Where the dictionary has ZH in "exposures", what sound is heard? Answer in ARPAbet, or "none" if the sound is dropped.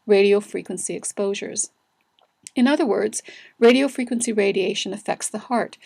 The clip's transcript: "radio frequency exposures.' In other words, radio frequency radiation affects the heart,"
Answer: ZH